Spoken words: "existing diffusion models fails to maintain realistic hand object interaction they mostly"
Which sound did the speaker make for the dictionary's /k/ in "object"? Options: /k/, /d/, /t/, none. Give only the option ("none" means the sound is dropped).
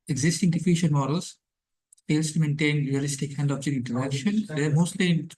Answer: none